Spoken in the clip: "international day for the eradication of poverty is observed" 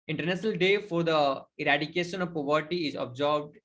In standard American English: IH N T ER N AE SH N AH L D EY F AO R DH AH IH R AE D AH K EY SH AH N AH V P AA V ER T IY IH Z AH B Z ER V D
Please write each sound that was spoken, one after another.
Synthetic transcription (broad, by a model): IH N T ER N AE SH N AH L D EY F AO R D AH IH R AE D AH K EY SH AH N AH V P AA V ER T IY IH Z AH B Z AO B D